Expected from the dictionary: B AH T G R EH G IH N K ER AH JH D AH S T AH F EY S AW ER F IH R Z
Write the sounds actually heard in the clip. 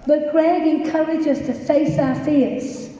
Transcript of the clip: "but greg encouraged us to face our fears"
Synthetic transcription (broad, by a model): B AH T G R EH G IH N K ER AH JH AH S T AH F EY S AW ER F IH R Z